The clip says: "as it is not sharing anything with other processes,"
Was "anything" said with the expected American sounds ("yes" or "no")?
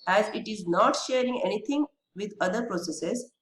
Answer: no